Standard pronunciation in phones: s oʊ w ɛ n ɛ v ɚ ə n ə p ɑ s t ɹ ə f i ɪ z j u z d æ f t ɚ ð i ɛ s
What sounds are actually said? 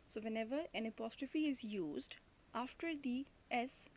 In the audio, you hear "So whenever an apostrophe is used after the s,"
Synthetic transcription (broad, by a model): s oʊ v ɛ n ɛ v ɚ ə n ə p ɑ s t ɹ ə f i ɪ z j u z d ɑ f t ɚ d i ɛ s